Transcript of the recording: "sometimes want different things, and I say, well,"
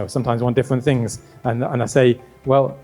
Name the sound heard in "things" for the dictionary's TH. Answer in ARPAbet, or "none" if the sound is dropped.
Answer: TH